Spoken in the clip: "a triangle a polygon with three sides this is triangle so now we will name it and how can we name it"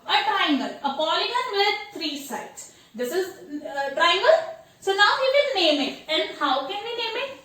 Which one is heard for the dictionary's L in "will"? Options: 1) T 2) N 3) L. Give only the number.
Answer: 2